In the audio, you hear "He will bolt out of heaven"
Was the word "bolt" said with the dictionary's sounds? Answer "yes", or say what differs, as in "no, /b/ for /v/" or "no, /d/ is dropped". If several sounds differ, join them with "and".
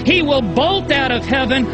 yes